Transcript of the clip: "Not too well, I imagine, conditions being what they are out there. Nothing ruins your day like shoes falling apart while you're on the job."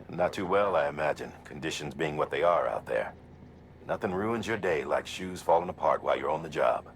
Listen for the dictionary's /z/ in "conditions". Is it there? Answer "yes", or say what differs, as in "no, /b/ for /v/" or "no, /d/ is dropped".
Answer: yes